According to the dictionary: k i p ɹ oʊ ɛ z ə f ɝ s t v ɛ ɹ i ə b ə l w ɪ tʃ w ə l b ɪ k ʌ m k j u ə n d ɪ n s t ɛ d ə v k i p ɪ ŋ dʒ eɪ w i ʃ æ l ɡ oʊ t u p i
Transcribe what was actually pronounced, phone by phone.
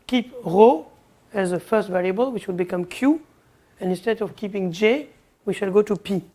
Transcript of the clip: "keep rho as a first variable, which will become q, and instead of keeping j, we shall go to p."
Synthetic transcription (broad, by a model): k i p ɹ oʊ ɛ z ə f ɝ s t v ɛ ɹ i ə b ə l w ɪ tʃ w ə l b ɪ k ʌ m k j u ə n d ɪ n s t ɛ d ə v k i p ɪ ŋ dʒ eɪ w i ʃ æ l ɡ oʊ t u p i